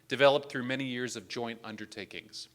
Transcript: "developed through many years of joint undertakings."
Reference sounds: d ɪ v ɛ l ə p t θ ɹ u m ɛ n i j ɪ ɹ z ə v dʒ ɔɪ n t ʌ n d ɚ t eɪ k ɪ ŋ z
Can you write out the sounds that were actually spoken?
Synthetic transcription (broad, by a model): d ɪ v ɛ l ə p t θ ɹ u m ɛ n i j ɪ ɹ z ə v dʒ ɔɪ n t ʌ n d ɚ t eɪ k ɪ ŋ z